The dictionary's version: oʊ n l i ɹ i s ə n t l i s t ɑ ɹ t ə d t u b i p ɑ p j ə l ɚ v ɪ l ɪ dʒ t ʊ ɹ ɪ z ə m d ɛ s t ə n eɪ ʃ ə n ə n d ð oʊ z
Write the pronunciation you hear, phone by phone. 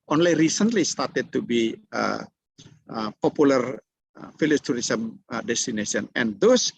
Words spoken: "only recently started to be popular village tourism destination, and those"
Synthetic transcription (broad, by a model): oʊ n l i ɹ i s ə n t l i s t ɑ ɹ t ə d t u b i p ɑ p j ə l ɚ f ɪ l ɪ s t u ɹ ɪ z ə m d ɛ s t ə n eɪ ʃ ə n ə n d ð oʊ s